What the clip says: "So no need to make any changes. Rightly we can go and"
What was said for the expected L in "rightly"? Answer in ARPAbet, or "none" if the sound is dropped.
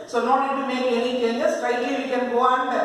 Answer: none